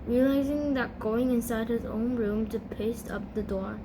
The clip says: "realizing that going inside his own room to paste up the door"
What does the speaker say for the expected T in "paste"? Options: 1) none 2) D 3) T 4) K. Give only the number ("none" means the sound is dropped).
3